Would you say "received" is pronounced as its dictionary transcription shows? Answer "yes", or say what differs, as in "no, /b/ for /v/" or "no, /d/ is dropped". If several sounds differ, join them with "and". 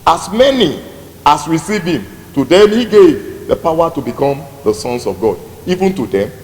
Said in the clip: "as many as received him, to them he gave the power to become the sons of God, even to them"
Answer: no, /d/ is dropped